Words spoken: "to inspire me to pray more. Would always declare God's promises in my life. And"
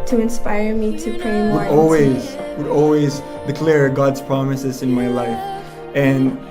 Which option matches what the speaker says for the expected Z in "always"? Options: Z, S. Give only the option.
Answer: Z